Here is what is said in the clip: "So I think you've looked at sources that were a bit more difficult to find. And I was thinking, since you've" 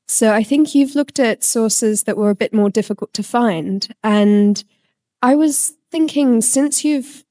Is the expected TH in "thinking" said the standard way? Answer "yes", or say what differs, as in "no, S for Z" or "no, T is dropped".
yes